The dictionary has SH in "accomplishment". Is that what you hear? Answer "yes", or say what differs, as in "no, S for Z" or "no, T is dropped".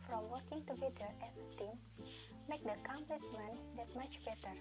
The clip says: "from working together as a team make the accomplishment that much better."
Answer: no, S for SH